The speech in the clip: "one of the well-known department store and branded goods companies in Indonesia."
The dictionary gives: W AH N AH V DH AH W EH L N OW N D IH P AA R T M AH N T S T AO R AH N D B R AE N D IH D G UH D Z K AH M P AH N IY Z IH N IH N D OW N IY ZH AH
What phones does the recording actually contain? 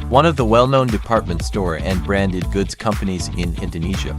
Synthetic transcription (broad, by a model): W AH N AH V DH AH W EH L N OW N D IH P AA R T M AH N T S T AO R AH N B R AE N D IH D G UH D Z K AH M P AH N IY Z IH N IH N D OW N IY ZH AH